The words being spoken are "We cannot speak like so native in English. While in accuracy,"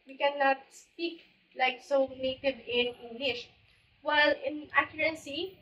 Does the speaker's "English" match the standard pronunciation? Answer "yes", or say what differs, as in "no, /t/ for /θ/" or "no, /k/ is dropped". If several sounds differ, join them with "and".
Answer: yes